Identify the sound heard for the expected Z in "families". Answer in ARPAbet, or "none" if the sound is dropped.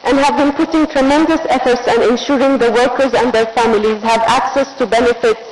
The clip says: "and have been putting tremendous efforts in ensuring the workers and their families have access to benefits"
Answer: Z